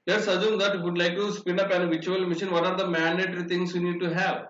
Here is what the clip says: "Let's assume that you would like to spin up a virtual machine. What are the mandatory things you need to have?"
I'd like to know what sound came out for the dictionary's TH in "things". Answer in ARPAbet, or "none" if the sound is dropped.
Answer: T